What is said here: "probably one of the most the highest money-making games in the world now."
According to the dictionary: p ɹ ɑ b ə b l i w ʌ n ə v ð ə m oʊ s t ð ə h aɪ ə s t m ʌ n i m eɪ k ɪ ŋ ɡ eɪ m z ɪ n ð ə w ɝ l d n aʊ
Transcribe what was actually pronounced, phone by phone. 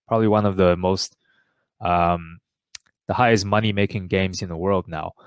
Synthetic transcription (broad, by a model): p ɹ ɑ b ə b l i w ʌ n ə v ð ə m oʊ s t ð ə h aɪ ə s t m ʌ n i m eɪ k ɪ ŋ ɡ eɪ m z ɪ n ð ə w ɝ l d n aʊ